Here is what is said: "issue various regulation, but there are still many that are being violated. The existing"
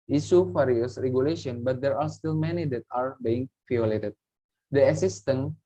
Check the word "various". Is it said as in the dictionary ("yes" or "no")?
no